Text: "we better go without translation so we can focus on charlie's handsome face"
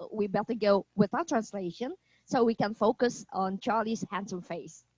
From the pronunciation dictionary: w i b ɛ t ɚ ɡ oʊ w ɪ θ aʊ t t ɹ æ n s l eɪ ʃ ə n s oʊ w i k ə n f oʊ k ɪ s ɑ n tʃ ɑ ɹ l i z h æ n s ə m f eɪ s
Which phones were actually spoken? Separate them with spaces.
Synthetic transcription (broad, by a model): w i b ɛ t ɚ ɡ oʊ w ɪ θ aʊ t t ɹ æ n s l eɪ ʃ ə n s oʊ w i k ə n f oʊ k ɪ s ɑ n tʃ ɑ ɹ l i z h æ n s ə m f eɪ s